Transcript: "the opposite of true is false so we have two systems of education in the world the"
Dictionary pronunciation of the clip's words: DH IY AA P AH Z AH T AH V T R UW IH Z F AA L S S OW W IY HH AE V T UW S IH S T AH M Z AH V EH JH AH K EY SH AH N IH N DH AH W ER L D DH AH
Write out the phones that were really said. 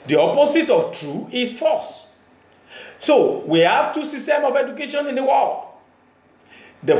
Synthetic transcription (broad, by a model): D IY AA P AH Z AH T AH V T R UW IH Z F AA S S OW W IY HH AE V T UW S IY S T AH M AH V EH JH AH K EY SH AH N IH N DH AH W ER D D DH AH